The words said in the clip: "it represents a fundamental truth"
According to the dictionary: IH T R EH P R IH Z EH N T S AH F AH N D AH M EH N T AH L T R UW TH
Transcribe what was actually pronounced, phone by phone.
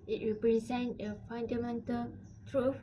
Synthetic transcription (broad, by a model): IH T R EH P R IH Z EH N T AH F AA N D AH M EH N T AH L T R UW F